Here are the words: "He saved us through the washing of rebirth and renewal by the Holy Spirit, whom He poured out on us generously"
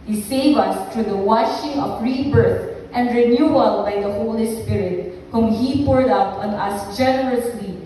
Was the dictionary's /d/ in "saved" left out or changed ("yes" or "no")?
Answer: yes